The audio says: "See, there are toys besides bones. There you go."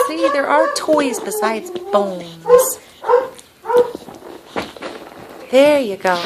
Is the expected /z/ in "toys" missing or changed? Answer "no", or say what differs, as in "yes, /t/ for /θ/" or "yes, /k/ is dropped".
no